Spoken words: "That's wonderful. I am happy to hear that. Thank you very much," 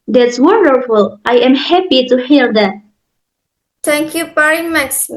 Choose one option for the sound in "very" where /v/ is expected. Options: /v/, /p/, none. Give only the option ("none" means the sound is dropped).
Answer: /p/